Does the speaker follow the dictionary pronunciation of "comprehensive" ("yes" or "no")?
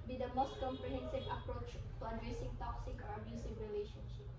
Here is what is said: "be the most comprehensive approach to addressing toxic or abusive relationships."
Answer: yes